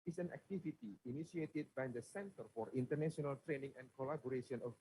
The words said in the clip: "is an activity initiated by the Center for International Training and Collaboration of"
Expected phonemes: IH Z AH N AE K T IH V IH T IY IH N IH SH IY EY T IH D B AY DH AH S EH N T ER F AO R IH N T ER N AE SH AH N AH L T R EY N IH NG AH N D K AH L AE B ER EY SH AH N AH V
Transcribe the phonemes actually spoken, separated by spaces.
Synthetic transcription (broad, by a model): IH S AH N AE K T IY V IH T IY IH N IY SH IY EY T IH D B AY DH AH S EH N T ER F AO R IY N T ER N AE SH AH N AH L T R EY N IH NG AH N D K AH L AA B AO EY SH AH N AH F